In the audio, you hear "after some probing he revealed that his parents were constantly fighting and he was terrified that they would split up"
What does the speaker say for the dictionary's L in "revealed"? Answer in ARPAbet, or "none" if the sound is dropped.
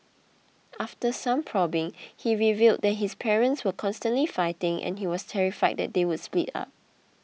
L